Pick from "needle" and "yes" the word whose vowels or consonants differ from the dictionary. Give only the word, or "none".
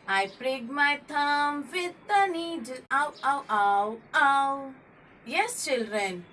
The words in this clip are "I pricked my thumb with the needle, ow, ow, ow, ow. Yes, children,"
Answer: needle